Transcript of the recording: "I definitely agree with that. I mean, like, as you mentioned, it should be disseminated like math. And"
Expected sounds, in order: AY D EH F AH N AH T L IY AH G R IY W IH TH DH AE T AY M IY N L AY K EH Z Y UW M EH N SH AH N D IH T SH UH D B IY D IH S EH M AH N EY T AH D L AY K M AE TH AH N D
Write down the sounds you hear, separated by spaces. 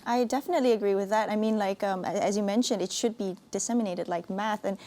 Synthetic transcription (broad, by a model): AY D EH F AH N AH T L IY AH G R IY W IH DH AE T AY M IY N L AY K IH Z Y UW M EH N SH AH N D IH T SH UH D B IY D IH S EH M AH N EY T AH D L AY K M AE TH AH N